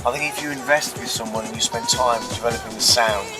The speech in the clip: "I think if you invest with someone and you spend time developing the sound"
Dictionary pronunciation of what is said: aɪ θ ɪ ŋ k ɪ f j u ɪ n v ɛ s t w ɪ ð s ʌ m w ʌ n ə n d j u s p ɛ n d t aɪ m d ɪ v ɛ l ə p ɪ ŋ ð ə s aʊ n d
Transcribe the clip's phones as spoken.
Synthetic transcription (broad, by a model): aɪ θ ɪ ŋ k ɪ f j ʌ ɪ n v ɛ s t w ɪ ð s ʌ m w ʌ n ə n j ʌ s p ɛ n t aɪ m d ɪ v ɛ l ə p ɪ ŋ ð ə s aʊ n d